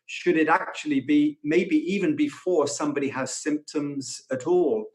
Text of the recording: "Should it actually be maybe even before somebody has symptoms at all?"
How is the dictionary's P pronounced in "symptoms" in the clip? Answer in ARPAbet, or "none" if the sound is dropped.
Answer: P